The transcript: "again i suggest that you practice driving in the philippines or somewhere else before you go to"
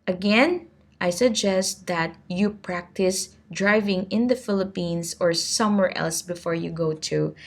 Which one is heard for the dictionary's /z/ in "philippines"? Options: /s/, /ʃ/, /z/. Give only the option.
/s/